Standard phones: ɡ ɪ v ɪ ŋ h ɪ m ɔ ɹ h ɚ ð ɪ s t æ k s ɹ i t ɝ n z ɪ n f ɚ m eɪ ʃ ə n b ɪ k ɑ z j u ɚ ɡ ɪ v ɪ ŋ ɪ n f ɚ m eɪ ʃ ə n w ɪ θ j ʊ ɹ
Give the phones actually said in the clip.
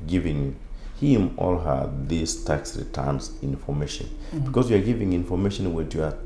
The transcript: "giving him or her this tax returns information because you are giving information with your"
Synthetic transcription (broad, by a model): ɡ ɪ v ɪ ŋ h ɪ m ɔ l h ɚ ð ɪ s t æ k s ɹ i t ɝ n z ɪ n f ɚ m eɪ ʃ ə n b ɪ k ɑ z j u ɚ ɡ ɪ v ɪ ŋ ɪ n f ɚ m eɪ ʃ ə n w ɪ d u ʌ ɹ